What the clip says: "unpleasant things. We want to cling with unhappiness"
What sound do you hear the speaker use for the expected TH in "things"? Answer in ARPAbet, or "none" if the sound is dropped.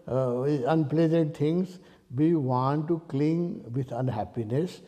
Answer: T